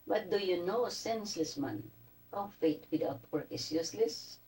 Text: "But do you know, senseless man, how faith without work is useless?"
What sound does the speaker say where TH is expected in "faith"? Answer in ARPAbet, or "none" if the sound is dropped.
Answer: T